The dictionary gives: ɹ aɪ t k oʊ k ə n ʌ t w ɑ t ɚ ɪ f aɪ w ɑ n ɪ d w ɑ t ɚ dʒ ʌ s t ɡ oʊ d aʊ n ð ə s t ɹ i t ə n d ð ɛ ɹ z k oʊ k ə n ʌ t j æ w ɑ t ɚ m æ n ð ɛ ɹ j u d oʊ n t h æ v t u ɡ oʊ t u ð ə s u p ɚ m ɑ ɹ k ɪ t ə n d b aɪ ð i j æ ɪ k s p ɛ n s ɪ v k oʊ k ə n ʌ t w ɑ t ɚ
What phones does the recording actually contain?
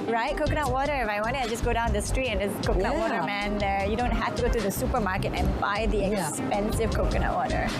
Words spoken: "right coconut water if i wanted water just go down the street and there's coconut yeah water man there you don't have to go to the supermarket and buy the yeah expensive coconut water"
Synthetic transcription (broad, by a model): ɹ aɪ t k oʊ k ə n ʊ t w ɑ t ɚ ɪ f aɪ w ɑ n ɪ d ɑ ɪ dʒ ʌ s ɡ oʊ d aʊ n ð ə s t ɹ i t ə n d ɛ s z k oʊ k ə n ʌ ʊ w ɑ t ɚ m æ n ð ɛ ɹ j u d oʊ n t h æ f t u ɡ oʊ t u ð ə s u p ɚ m ɑ ɹ k ɪ t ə n b aɪ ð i ɪ k s p ɛ n s ɪ v k oʊ k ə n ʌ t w ɑ t ɚ